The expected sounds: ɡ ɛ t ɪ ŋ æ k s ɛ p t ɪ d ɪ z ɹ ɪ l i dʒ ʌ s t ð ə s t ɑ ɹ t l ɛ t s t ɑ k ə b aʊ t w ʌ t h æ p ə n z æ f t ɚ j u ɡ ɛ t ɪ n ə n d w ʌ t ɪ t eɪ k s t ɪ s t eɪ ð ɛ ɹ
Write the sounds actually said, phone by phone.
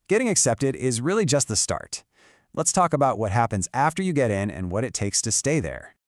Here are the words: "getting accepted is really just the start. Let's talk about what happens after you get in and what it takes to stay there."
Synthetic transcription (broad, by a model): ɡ ɛ t ɪ ŋ æ k s ɛ p t ɪ d ɪ z ɹ ɪ l i dʒ ʌ s t ð ə s t ɑ ɹ t l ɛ t s t ɑ k ə b aʊ t w ʌ t h æ p ə n z æ f t ɚ j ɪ ɡ ɛ t ɪ n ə n w ʌ t ɪ t eɪ k s t ɪ s t eɪ ð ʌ ɹ